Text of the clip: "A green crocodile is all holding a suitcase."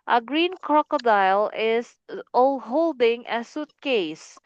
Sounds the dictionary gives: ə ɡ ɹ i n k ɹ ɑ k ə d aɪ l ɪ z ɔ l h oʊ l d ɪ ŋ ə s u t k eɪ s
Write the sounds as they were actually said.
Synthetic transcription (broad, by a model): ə ɡ ɹ i n k ɹ ɑ k ə d aɪ l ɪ s ɔ l h oʊ l d ɪ ŋ ə s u t k eɪ s